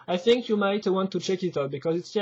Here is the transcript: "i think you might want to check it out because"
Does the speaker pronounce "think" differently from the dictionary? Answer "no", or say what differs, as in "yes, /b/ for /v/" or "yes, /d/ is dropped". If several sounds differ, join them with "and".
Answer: no